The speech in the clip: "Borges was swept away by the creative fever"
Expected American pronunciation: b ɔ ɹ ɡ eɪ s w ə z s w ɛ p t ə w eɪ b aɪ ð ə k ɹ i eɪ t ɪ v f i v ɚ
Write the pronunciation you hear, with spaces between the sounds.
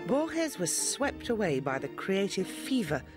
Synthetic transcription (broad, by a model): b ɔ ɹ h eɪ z w ə z s w ɛ p t ə w eɪ b aɪ ð ə k ɹ i eɪ t ɪ v f i v ɚ